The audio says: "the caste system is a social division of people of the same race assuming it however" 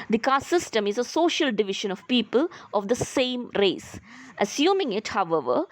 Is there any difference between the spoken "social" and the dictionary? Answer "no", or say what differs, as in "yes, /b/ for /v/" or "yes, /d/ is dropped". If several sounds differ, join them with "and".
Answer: no